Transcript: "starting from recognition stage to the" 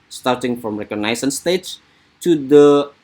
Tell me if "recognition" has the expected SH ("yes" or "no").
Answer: no